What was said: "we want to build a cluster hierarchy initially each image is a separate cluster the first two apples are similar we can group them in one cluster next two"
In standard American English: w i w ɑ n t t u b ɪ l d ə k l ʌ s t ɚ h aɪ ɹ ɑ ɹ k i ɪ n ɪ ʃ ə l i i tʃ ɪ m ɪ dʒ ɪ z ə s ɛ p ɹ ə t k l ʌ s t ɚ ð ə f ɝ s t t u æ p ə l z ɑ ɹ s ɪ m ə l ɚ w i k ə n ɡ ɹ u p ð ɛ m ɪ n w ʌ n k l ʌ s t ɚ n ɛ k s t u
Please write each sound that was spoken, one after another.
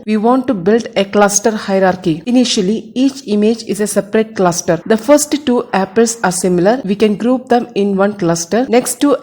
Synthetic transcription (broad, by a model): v i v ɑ n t t u b ɪ l d ə k l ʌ s t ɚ h aɪ ɹ ɑ ɹ k i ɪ n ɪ ʃ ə l i i tʃ ɪ m ɪ dʒ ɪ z ə s ɛ p ɹ ə t k l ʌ s t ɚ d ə f ɝ s t t u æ p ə l s ɑ ɹ s ɪ m ə l ɚ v i k ə n ɡ ɹ u p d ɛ m ɪ n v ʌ n k l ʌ s t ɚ n ɛ k s t u